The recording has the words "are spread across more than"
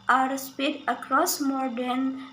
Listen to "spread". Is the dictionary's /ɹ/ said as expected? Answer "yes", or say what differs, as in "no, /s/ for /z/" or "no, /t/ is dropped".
no, /ɹ/ is dropped